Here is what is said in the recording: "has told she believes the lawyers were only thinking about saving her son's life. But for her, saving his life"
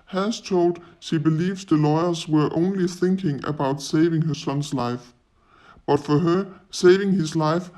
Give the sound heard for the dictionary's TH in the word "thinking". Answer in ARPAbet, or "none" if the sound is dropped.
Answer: TH